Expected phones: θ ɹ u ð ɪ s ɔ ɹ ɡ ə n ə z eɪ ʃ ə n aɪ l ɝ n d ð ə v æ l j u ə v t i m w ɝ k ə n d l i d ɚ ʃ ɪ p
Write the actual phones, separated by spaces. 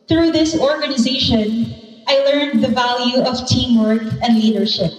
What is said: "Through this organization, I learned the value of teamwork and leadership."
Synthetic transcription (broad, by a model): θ ɹ u ð ɪ s ɔ ɹ ɡ ə n ə z eɪ ʃ ə n aɪ l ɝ n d ð ə v æ l j u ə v t i m w ɝ k ə n d l i d ɚ ʃ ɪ p